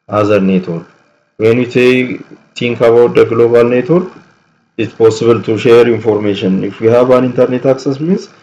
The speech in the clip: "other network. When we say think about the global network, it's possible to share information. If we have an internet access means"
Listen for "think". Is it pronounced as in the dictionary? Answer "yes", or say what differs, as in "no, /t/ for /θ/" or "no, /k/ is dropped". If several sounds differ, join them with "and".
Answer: no, /t/ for /θ/